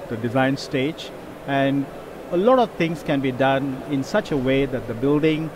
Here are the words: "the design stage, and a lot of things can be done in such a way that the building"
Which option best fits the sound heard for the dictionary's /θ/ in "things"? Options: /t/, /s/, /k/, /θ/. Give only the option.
/t/